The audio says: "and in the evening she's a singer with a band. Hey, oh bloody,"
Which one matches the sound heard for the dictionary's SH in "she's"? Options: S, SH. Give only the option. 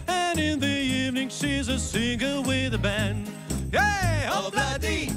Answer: SH